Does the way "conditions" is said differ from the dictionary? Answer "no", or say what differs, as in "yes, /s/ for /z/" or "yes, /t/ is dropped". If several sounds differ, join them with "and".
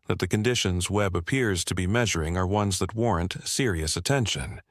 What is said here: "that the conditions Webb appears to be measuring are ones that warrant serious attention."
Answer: no